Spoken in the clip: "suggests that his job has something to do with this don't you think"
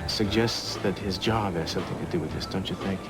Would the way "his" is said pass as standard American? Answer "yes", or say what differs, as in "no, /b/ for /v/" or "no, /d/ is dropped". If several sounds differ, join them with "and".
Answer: yes